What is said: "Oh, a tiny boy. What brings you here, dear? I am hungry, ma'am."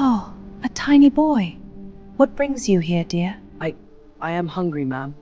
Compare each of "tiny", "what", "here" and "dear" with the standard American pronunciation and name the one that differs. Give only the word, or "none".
none